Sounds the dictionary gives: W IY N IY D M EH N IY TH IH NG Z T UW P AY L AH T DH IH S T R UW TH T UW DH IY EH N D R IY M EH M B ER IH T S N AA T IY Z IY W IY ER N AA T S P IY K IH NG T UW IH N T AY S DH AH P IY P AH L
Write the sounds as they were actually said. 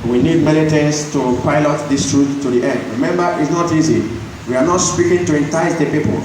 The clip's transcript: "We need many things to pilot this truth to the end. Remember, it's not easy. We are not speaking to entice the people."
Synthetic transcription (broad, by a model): W IY N IY D M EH L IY T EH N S T UW P AY L AH T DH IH S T R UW T UW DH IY EH N D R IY M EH M B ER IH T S N AA T IY Z IY W IY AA N AA T S P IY K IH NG T UW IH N T AY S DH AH P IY P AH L